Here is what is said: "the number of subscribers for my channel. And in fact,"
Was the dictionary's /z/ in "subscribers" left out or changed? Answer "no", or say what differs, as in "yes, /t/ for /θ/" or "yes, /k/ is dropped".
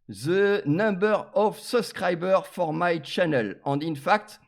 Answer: yes, /z/ is dropped